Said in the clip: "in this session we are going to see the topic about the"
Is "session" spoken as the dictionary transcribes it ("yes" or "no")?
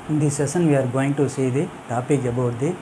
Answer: no